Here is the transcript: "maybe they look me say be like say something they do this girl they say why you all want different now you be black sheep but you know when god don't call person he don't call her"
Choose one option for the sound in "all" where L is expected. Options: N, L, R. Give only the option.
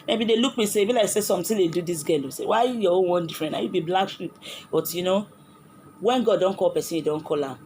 N